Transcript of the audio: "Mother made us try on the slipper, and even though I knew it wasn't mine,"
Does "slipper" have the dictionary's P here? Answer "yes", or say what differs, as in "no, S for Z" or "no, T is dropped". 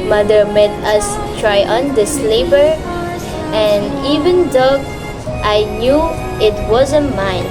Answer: no, B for P